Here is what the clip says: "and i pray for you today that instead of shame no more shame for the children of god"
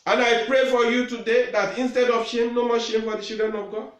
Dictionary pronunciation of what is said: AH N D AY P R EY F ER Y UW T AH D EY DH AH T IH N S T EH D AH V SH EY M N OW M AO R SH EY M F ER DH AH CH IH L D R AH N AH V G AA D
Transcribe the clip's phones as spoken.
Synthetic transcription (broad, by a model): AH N AY P R EY F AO Y UW T AH D EY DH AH T IH N S T EH D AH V SH EY M N OW M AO SH EY M F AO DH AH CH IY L D R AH N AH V G AA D